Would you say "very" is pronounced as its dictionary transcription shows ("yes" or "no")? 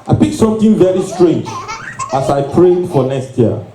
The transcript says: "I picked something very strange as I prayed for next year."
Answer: yes